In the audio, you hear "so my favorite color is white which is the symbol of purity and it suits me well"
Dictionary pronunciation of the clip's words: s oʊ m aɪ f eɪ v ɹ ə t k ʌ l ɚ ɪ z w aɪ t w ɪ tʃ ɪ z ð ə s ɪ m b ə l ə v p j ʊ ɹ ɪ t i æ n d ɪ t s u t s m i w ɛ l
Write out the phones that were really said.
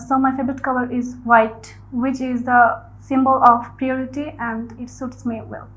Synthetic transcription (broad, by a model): s oʊ m aɪ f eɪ b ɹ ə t k ʌ l ɚ ɪ z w aɪ t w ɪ tʃ ɪ z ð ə s ɪ m b ə l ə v p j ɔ ɹ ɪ t i æ n d ɪ t s u t s m i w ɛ l